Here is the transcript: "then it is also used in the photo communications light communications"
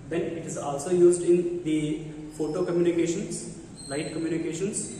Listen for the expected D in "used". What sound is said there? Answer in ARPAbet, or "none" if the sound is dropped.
D